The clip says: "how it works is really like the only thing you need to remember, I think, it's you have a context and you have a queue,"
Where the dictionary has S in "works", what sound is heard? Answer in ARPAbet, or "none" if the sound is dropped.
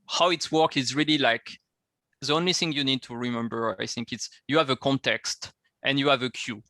none